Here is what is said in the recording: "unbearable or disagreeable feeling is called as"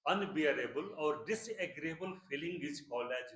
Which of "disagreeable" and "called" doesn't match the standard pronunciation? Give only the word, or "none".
called